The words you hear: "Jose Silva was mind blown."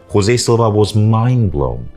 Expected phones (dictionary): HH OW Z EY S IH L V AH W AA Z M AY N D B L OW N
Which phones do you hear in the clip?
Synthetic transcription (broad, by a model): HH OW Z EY S IH L V AH W AA Z M AY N B L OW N